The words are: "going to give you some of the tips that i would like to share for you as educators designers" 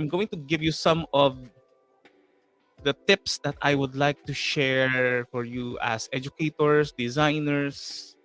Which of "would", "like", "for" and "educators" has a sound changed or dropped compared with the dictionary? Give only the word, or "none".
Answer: educators